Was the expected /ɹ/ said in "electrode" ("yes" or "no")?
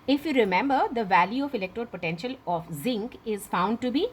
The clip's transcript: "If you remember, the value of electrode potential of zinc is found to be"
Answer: yes